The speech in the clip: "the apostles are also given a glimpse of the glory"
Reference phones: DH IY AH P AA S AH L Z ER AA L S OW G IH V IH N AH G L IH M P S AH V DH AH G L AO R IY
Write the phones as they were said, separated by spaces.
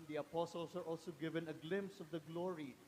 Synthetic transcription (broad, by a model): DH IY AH P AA S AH L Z ER AA L S OW G IH V IH N AH G L IH M P S AH V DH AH G L AO R IY